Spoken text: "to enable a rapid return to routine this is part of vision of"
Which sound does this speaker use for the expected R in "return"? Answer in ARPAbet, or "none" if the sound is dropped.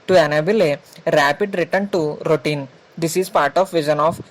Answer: R